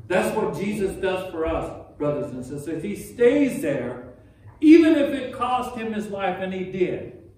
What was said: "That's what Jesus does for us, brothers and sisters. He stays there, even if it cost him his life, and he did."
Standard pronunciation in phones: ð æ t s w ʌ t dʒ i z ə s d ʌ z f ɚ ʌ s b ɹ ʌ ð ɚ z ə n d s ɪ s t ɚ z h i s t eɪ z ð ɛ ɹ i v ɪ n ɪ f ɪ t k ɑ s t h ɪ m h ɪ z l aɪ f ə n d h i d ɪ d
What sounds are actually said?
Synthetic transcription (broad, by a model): ð æ t s w ʌ t dʒ i z ə s d ʌ z f ɚ ʌ s b ɹ ʌ ð ɚ z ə n s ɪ s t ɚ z h i s t eɪ z ð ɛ ɹ i v ɪ n ɪ f ɪ t k ɑ s t h ɪ m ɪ z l aɪ f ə n i d ɪ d